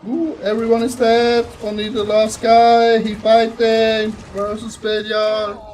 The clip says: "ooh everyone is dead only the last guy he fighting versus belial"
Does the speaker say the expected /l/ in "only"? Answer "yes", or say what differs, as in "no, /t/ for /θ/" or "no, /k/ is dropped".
no, /l/ is dropped